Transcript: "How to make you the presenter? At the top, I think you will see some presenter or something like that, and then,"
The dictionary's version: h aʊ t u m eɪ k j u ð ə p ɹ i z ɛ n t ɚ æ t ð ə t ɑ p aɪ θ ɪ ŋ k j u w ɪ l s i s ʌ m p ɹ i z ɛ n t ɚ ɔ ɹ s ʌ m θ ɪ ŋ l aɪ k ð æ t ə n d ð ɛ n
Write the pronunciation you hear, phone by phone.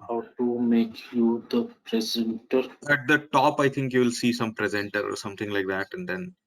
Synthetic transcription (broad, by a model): h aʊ t u m eɪ k j u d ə p ɹ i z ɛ n t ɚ æ t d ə t ɑ p aɪ t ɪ ŋ k j u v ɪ l s i s ʌ m p ɹ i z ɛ n t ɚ ɔ ɹ s ʌ m t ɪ ŋ l aɪ k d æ t ə n d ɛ n